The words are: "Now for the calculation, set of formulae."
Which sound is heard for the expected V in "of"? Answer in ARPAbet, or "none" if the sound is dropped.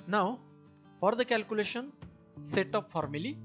P